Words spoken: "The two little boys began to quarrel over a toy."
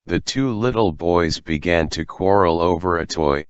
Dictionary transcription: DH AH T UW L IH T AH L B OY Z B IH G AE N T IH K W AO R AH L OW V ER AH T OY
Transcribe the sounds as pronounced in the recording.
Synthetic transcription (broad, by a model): DH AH T UW L IH T L B OY Z B IH G AE N T IH K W AO R L OW V ER AH T OY